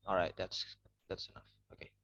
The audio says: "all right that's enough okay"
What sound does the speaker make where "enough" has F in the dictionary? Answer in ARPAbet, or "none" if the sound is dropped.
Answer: F